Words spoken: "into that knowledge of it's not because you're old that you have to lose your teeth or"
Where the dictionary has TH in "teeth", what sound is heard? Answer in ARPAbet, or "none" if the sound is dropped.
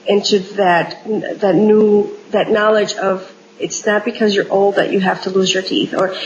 TH